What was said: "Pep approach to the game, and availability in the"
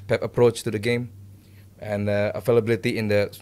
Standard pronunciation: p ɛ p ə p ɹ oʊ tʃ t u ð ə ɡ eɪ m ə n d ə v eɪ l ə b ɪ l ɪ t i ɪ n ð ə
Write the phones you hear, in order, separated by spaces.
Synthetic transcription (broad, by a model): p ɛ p ə p ɹ oʊ tʃ t u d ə ɡ eɪ m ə n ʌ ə f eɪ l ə b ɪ l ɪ t i ɪ n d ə